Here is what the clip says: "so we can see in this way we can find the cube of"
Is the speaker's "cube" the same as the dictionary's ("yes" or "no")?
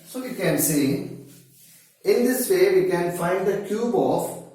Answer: yes